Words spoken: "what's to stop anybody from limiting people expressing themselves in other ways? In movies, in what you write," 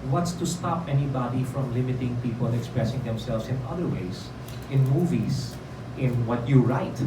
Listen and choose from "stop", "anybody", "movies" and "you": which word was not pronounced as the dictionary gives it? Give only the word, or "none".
movies